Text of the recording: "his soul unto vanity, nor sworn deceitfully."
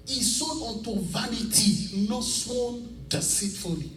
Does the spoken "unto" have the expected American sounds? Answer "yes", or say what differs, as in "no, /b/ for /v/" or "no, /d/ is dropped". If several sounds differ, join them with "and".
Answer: no, /n/ is dropped